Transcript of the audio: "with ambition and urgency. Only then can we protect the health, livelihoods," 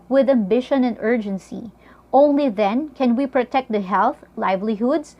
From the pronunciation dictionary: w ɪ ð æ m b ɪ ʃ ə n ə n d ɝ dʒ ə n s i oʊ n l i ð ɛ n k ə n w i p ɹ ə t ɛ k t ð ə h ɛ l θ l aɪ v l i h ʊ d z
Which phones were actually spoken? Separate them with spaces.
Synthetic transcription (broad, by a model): w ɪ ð æ m b ɪ ʃ ə n ə n d ɝ dʒ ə n s i oʊ n l i ð ɛ n k ə n w i p ɹ ə t ɛ k t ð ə h ɛ l θ l aɪ v l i h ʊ d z